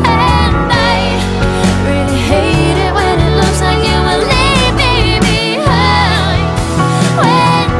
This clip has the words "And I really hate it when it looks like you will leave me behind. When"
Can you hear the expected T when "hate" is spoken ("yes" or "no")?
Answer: yes